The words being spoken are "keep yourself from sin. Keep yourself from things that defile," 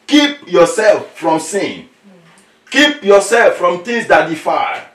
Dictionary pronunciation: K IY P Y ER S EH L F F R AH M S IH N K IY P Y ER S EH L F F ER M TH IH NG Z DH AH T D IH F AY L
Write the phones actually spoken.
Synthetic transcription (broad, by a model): K IY P Y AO S EH L F F R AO M S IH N K IY P Y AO S EH L F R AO M T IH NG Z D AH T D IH F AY